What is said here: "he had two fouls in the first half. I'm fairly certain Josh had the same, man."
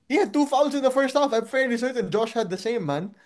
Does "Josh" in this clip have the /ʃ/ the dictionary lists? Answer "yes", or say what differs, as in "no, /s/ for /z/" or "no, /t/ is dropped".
yes